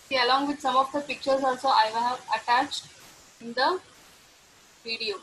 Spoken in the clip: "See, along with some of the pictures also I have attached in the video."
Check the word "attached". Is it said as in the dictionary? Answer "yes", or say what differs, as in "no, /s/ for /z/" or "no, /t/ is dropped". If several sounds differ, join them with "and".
yes